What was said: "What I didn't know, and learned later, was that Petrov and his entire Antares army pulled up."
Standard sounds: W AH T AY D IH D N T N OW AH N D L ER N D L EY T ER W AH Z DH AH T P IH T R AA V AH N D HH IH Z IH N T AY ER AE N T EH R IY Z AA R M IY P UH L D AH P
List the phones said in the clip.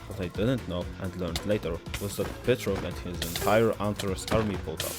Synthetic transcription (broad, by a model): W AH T AY D IH D N T N OW AH N D L ER N D L EY T ER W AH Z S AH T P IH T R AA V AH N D HH IH Z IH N T AY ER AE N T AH R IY S AA R M IY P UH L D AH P